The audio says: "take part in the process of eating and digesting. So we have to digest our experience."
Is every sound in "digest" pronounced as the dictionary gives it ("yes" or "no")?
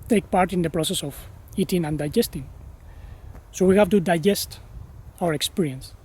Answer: yes